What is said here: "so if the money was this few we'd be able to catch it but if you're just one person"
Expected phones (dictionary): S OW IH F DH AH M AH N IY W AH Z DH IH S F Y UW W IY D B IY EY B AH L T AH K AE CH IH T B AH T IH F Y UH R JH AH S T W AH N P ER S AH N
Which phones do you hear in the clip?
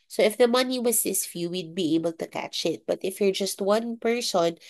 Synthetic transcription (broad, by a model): S OW IH F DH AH M AH N IY W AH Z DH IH S F Y UW W IY D B IY EY B AH L T AH K AE CH IH T B AH T IH F Y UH R JH AH S T W AH N P ER S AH N